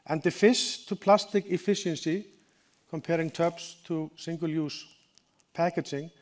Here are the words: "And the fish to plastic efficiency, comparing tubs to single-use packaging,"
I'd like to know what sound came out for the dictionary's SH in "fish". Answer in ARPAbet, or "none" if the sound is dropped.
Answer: S